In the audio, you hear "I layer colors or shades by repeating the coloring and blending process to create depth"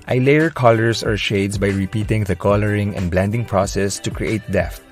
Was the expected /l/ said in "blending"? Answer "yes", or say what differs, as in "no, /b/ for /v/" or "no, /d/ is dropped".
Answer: yes